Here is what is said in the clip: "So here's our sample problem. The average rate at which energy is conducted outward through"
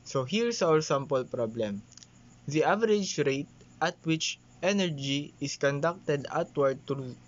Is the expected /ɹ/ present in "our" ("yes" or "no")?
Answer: no